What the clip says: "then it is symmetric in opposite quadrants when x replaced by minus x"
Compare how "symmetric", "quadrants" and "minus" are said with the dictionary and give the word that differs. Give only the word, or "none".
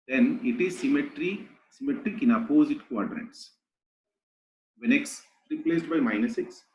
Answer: quadrants